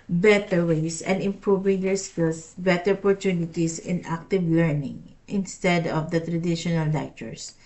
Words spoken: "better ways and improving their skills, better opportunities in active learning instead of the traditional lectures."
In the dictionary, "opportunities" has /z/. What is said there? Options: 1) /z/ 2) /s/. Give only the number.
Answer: 2